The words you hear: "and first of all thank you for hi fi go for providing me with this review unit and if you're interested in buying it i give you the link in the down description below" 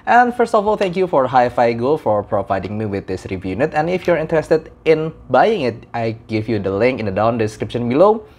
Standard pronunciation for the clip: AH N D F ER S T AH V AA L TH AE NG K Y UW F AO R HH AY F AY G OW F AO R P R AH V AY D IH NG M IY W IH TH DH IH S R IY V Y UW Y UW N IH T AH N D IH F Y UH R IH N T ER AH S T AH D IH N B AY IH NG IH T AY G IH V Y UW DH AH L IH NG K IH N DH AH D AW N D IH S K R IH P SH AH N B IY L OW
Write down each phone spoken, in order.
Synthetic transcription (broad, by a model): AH N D F ER S T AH F AA L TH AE NG K Y UW F AO R HH AY F AY G OW F AO R P R AH V AY D IH NG M IY W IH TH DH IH S R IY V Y Y UW N IH T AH N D IH F Y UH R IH N T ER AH S T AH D IH N B AY IH NG IH T AY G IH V Y UW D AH L IH NG K IH N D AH D AW N D IH S K R IH P SH AH N B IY L OW